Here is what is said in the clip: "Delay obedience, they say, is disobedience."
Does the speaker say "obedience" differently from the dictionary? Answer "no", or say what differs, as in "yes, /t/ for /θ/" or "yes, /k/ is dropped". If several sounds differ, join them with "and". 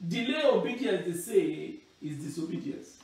yes, /n/ is dropped